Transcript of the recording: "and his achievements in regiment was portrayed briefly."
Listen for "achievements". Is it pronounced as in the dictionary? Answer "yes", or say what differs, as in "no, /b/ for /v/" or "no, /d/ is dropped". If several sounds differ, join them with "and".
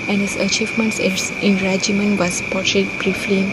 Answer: no, /s/ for /t/